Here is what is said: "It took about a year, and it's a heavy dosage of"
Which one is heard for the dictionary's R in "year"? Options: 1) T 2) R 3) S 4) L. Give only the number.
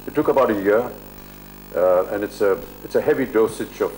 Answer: 2